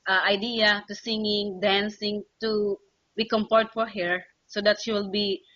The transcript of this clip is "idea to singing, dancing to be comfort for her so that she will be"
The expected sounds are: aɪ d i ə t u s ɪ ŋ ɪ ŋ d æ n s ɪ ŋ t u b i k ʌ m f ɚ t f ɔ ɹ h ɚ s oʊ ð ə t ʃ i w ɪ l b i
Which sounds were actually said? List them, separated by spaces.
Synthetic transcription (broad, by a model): aɪ d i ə t u s ɪ ŋ ɪ ŋ d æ n s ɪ ŋ t u b i k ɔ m p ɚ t f ɔ ɹ h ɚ s oʊ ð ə t ʃ i w ɪ l b i